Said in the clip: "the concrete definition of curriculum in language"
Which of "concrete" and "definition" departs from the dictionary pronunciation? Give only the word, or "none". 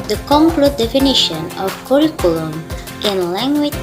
concrete